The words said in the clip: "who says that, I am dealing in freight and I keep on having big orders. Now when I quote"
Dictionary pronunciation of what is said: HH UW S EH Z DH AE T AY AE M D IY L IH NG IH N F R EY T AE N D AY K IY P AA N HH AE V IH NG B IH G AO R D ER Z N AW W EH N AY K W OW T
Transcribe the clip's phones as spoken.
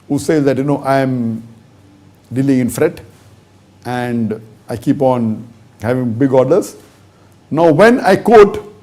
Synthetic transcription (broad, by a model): HH UW S EH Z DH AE T AY M D IY L IH NG IH N F R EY T AE N D AY K IY P AA N HH AE V IH NG B IH G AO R D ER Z N AW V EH N AY K OW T